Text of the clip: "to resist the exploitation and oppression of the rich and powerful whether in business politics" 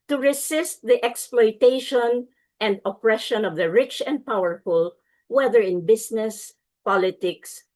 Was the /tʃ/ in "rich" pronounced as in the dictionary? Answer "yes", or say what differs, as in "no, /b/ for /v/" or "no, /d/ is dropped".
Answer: yes